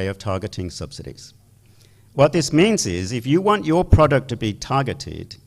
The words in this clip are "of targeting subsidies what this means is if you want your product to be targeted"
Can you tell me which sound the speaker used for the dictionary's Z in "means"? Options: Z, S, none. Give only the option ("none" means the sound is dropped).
Z